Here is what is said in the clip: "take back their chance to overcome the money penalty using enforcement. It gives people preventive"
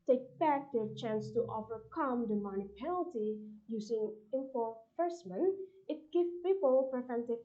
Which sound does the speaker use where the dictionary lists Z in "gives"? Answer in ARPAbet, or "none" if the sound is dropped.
none